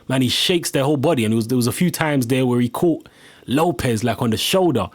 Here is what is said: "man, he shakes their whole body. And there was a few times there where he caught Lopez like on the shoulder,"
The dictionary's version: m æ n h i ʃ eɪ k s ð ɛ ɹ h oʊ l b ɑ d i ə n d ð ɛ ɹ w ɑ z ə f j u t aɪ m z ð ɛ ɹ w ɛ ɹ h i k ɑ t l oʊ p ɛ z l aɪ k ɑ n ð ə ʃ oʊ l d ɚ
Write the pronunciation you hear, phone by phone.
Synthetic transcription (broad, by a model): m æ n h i ʃ eɪ k s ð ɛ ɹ h oʊ l b ɑ d i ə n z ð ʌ w ɑ z ə f j u t aɪ m z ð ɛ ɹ w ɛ ɹ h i k ɑ t l oʊ p ɛ z l aɪ k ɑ n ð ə ʃ oʊ l d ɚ